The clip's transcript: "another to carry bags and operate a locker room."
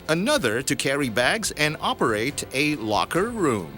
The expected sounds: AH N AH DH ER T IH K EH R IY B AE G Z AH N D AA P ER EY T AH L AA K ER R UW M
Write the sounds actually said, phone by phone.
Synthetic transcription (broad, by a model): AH N AH DH ER T IH K EH R IY B AE G Z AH N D AA P ER EY T AH L AA K ER R UW M